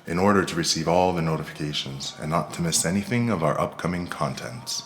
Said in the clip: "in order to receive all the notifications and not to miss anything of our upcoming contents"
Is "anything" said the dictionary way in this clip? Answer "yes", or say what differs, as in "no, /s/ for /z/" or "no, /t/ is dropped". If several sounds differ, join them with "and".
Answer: yes